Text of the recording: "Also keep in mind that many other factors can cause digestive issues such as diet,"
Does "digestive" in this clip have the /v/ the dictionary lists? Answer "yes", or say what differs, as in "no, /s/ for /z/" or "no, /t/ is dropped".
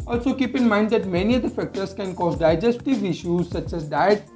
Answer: yes